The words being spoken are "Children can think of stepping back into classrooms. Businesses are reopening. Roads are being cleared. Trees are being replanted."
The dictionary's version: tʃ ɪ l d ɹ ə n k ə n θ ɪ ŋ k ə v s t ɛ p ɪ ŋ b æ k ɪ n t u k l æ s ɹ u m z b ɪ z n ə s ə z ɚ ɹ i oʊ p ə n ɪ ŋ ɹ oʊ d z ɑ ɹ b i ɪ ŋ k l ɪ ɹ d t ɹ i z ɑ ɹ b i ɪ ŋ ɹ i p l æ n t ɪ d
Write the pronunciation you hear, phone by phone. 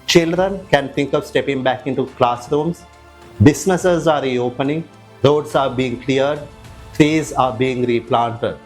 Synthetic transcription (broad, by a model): tʃ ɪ l d ɹ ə n k ə n t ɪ ŋ k ə v s t ɛ p ɪ ŋ b æ k ɪ n t u k l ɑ s ɹ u m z b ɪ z n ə s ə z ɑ ɹ i oʊ p ə n ɪ ŋ ɹ oʊ d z ɑ ɹ b i ɪ ŋ k l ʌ ɹ d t ɹ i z ɑ ɹ b i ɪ ŋ ɹ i p l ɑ n t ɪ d